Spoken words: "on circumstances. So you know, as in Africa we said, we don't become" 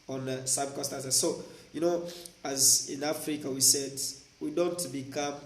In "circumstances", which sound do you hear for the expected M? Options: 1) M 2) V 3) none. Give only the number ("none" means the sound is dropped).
3